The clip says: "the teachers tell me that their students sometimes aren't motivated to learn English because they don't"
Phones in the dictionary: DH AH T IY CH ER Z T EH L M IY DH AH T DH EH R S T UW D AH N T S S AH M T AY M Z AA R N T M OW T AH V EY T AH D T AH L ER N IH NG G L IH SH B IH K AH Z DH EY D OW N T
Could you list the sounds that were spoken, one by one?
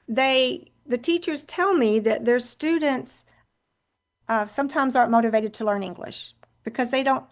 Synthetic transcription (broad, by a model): DH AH T IY CH ER Z T EH L M IY DH AH T DH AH R S T UW D N T S S AH M T AY M Z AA R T M OW T AH V EY T AH D T AH L ER N IH NG G L IH SH B IH K AH Z DH EY D OW N T